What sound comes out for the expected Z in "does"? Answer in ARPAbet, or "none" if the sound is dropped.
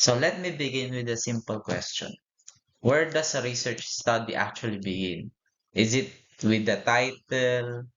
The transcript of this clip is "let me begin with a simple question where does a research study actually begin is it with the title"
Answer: S